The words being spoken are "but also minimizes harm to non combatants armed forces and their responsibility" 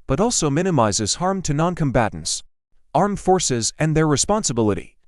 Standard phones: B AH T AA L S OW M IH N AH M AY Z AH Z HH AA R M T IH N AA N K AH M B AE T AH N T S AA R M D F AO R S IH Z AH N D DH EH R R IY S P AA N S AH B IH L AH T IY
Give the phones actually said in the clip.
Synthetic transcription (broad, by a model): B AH T AA L S OW M IH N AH M AY Z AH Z HH AA R M T IH N AA N K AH M B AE T N T S AA R M F AO R S IH Z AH N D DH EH R R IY S P AA N S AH B IH L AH T IY